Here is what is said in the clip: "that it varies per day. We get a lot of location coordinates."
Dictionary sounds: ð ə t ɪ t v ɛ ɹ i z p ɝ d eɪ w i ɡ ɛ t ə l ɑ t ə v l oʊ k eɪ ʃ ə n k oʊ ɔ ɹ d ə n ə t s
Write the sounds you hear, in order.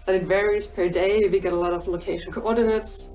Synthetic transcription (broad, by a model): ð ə t ɪ t v ɛ ɹ i z p ɝ d eɪ w i ɡ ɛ t ə l ɑ t ə v l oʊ k eɪ ʃ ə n k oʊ ɔ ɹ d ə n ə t s